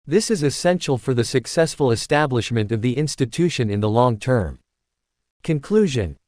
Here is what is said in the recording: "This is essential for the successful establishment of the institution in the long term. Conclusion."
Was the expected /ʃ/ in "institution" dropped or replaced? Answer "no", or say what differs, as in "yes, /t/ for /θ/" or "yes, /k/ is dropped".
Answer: no